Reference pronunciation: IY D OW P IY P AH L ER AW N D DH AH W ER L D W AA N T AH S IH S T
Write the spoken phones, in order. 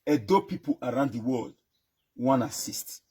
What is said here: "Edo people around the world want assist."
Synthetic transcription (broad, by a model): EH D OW P IY P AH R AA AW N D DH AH W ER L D W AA N AH S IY S T